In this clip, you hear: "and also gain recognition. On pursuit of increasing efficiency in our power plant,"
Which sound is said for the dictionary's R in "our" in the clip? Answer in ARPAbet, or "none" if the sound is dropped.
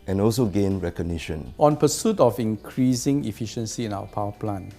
W